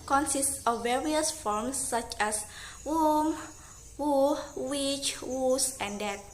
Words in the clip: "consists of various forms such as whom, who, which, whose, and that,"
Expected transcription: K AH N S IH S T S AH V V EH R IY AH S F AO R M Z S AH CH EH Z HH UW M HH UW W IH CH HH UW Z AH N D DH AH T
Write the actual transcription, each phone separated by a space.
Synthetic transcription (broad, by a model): K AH N S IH S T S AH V V EH R IY AH S F AO R M S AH CH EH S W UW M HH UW W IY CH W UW S AH N D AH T